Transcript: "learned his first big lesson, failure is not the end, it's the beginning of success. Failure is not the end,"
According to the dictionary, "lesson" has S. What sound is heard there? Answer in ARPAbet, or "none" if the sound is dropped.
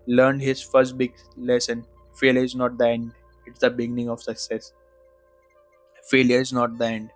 S